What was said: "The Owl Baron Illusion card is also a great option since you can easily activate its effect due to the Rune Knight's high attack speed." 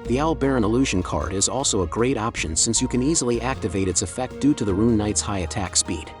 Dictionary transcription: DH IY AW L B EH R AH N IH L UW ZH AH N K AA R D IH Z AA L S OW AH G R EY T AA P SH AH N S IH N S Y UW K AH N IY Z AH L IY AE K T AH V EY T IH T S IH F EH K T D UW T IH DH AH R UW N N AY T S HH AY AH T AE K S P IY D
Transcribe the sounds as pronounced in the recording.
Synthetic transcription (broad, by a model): DH IY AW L B EH R AH N IH L UW ZH AH N K AA R D IH Z AA L S OW AH G R EY T AA P SH AH N S IH N S Y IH K AH N IY Z L IY AE K T AH V EY T IH T S IH F EH K T D UW T IH DH AH R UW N N AY T S HH AY AH T AE K S P IY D